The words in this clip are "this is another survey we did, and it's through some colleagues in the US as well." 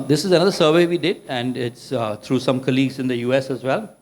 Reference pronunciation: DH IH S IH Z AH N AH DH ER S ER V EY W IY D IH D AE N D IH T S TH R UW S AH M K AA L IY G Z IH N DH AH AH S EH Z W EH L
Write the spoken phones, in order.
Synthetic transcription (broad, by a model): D IH S IH Z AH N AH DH ER S ER V EY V IY D IH D AE N D IH T S T R UW S AH M K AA L IY G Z IH N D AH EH S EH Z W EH L